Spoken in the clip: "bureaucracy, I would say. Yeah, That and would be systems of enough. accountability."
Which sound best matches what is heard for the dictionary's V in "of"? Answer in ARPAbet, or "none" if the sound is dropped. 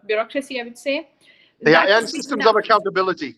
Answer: V